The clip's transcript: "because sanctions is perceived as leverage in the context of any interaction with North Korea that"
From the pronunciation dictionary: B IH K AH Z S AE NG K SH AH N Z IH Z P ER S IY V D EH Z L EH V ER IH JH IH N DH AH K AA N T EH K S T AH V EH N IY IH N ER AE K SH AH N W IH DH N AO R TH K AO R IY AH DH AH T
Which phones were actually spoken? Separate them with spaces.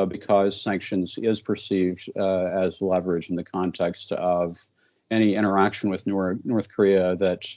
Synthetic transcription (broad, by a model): B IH K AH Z S AE NG K SH AH N Z IH Z P ER S IY V D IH Z L EH V ER IH JH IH N DH AH K AA N T EH K S T AH V EH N IY IH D ER AE K SH N W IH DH N AO R TH K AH R IY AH DH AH T